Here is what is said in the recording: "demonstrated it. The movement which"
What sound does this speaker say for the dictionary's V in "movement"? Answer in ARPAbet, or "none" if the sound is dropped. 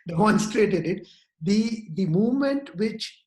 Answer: V